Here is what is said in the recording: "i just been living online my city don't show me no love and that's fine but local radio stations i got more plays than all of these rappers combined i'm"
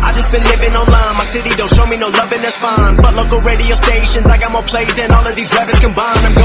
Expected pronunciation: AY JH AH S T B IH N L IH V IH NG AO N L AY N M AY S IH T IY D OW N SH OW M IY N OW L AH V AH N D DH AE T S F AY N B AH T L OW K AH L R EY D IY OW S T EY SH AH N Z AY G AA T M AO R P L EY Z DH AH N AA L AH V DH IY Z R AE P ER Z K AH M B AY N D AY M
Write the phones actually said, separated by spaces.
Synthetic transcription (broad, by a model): AY JH AH S B IH N L IH V IH NG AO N L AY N M AY S IH T IY D OW N SH OW M IY N OW L AH V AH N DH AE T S F AY N B AH T L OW K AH L R EY D IY OW S T EY SH AH N Z AY G AA T M AO R P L EY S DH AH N AA L AH V DH IY Z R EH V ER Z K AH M B AY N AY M